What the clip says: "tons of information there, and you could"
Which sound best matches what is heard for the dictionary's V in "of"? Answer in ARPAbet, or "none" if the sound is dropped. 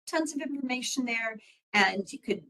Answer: V